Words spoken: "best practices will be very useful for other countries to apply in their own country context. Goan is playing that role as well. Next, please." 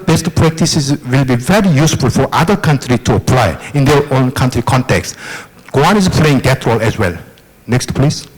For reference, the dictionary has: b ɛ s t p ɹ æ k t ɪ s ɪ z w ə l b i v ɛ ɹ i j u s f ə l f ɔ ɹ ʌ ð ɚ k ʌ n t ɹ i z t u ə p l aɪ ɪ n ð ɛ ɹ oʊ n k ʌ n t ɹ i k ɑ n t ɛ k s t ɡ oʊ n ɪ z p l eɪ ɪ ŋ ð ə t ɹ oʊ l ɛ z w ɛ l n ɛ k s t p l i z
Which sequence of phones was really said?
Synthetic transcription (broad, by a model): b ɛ s t p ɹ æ k t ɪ s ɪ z w ə l b i v ɛ ɹ i j u s f ə l f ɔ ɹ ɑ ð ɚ k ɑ n t ɹ i t u ə p l aɪ ɪ n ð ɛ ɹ oʊ n k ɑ n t ɹ i k ɑ n t ɛ k s t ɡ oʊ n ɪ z p l eɪ ɪ ŋ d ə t ɹ oʊ l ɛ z w ɛ l n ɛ k s t p l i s